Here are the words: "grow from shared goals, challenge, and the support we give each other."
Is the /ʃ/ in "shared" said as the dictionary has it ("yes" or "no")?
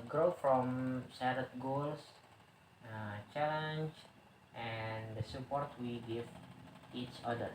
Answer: no